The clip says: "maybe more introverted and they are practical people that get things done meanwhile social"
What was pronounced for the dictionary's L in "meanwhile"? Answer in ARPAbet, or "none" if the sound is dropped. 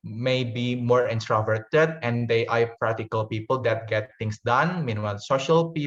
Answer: N